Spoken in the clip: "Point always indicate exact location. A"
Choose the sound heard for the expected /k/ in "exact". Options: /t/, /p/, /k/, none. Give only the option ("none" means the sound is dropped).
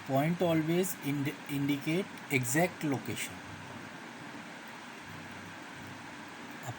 /k/